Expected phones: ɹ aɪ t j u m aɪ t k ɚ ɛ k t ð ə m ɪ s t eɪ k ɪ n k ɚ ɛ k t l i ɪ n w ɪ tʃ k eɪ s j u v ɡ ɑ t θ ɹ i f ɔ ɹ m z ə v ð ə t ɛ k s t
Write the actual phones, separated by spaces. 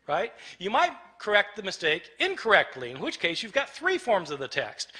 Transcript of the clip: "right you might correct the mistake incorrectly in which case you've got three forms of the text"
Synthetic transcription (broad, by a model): ɹ aɪ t j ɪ m aɪ t k ɚ ɛ k t ð ə m ɪ s t eɪ k ɪ n k ɚ ɛ k t l i ɪ n w ɪ tʃ k eɪ s j u v ɡ ɑ t θ ɹ i f ɔ ɹ m z ə v ð ə t ɛ k s t